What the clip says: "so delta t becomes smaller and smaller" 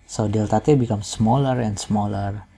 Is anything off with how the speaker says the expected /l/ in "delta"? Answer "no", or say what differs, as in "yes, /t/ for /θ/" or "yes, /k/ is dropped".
no